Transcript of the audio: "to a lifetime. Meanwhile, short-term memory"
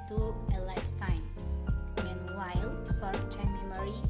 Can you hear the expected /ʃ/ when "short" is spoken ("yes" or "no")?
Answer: no